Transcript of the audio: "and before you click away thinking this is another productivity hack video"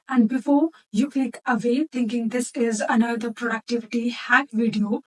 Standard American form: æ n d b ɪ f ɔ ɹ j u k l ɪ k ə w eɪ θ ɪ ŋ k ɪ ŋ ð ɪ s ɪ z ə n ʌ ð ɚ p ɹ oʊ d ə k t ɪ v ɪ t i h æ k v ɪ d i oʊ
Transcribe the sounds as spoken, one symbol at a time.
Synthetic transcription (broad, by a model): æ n d b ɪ f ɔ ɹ j u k ɪ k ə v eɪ t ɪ ŋ k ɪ ŋ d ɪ s ɪ z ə n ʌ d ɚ p ɹ oʊ d ə k t ɪ v ɪ t i h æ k v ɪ d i oʊ